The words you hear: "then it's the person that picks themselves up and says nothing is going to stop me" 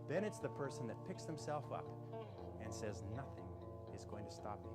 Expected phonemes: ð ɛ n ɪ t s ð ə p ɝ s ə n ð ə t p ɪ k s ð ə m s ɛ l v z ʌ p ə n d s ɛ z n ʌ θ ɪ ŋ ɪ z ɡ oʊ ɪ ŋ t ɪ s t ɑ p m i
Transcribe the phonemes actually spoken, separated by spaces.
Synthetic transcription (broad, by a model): ð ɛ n ɪ t s ð ə p ɝ s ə n ð ə t p ɪ k s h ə m s ɛ l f ʌ p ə n s ɛ z n ʌ θ ɪ ŋ ɪ z ɡ oʊ ɪ ŋ t ɪ s t ɑ p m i